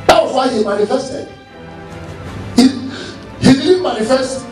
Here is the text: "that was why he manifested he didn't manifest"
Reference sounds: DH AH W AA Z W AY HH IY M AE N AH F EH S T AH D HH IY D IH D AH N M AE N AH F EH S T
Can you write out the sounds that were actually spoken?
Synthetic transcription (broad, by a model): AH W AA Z W AY HH IY M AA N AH F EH S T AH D HH IY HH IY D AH L M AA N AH F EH S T